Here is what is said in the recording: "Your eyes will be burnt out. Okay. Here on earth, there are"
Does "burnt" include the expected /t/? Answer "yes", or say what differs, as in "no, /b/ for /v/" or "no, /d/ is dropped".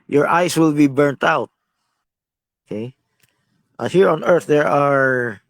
yes